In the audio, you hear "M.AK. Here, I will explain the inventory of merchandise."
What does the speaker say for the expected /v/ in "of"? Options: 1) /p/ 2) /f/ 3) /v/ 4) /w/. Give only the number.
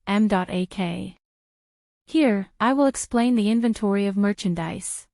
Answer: 3